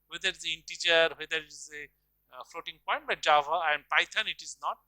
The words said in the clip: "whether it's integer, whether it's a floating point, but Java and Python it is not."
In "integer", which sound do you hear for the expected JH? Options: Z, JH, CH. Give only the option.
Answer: CH